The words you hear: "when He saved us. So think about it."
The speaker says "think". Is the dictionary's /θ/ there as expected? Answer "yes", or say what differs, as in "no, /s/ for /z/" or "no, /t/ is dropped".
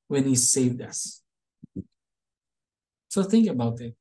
yes